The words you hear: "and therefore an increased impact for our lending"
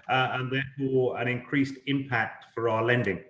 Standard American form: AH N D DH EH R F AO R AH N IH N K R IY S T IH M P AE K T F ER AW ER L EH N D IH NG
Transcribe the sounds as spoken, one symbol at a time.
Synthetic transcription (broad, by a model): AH N DH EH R F AO R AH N IH N K R IY S T IH M P AE K T F ER AW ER L EH N D IH NG